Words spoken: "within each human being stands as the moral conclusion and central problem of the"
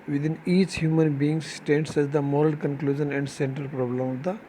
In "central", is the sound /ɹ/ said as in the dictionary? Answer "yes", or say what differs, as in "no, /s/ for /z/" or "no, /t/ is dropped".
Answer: no, /ɹ/ is dropped